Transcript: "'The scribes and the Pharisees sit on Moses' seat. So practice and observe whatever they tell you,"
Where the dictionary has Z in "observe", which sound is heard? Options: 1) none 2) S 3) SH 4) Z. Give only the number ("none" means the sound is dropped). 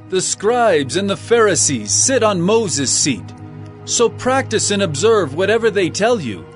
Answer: 4